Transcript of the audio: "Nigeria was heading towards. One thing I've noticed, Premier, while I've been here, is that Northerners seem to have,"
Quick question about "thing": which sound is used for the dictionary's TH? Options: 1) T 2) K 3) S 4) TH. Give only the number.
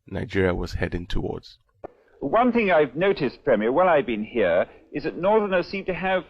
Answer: 4